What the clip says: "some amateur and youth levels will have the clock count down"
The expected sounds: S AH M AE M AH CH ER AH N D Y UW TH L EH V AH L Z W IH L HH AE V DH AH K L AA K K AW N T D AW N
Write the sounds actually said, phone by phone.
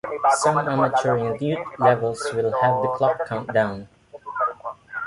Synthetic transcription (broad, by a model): S AH M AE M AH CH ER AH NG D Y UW T L EH V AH L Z W IH L HH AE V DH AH K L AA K K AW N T D AW N